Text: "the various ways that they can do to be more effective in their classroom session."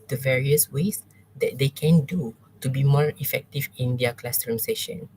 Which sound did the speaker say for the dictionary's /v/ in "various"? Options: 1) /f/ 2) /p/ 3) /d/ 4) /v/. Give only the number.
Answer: 4